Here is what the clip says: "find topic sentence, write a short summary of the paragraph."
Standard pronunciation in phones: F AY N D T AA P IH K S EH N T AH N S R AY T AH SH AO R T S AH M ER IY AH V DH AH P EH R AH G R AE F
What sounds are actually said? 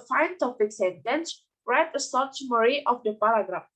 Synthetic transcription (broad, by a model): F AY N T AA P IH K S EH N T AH N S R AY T AH S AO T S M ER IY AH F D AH P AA R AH G R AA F